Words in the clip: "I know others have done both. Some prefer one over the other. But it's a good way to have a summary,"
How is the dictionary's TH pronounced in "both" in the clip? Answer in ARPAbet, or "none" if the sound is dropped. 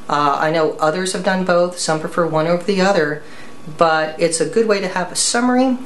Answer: TH